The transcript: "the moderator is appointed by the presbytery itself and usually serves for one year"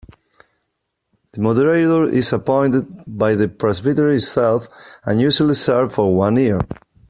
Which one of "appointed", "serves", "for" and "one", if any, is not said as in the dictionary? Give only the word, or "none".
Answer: serves